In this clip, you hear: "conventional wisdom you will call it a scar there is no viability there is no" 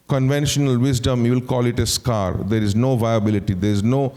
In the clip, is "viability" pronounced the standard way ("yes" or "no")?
yes